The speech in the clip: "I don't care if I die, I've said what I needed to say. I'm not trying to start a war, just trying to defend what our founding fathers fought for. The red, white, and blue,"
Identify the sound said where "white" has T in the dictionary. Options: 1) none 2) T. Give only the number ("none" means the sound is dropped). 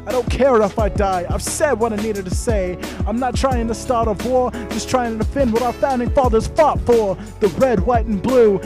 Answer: 2